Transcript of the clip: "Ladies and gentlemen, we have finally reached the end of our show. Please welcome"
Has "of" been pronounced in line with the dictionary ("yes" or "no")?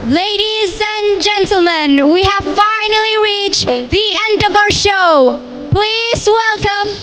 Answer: yes